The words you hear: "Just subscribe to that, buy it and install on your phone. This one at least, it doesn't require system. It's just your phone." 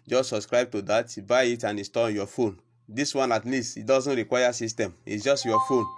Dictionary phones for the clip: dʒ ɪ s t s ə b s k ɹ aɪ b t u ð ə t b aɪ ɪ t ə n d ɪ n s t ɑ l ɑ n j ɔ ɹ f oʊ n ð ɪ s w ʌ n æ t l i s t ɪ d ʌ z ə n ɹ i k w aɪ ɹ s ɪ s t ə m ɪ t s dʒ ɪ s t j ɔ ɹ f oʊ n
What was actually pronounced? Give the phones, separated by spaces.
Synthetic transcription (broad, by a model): dʒ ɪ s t s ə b s k ɹ aɪ b t u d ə t b aɪ ɪ t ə n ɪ s t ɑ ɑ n j ɔ f oʊ n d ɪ s w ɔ n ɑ t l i s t ɪ d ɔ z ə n ɹ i k w aɪ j s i s t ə m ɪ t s dʒ ɪ s t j ɔ f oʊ n